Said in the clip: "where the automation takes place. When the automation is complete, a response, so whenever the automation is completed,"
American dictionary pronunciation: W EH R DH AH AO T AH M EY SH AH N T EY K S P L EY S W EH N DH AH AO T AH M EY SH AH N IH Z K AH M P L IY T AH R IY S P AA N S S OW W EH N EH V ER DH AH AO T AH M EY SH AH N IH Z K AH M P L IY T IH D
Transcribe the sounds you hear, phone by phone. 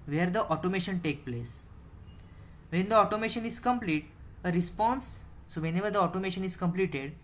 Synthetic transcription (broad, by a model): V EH R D AH AO T AH M EY SH AH N T EY K P L EY S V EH N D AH AO T AH M EY SH AH N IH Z K AH M P L IY T AH R IY S P AA N S S OW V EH N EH V ER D AH AO T AH M EY SH AH N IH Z K AH M P L IY T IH D